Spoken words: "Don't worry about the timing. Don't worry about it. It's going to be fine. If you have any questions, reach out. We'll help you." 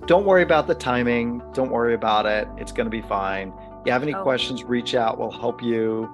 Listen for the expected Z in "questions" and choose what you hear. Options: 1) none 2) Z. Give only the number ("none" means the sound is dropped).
2